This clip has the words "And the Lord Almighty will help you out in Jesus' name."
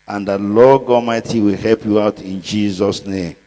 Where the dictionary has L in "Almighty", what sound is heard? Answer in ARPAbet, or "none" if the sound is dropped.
none